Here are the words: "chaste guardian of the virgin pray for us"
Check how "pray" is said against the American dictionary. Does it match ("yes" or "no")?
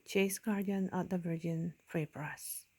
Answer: no